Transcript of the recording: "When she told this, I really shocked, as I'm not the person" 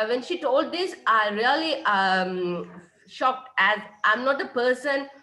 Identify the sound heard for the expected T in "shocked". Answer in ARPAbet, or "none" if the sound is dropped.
T